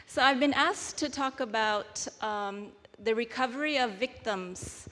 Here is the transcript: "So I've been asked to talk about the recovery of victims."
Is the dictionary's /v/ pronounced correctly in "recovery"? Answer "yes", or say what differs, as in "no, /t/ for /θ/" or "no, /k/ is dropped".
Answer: yes